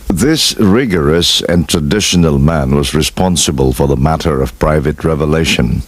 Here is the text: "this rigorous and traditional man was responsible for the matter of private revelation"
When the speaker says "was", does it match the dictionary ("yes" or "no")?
yes